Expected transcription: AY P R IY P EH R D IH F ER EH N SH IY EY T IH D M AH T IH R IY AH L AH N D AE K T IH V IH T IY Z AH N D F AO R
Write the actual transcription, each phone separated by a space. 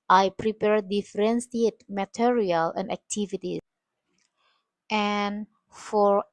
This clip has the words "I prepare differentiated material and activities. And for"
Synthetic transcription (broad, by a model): AY P R IY P EH R D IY F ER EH N S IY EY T M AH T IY R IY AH L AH N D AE K T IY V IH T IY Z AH N F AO R